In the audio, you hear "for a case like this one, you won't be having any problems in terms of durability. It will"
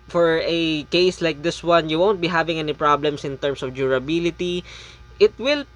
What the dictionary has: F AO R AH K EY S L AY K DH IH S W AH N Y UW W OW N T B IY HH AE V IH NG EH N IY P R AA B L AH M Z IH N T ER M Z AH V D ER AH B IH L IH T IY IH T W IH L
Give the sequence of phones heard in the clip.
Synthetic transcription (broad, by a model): F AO R AH K EY S L AY K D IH S W AH N Y UW W OW N T B IY HH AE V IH NG EH N IY P R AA B L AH M S IH N T ER M S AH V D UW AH B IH L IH T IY IH T W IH L